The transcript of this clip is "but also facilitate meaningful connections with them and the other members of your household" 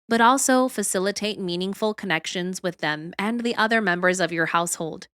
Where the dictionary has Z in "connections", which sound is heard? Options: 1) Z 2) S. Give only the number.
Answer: 1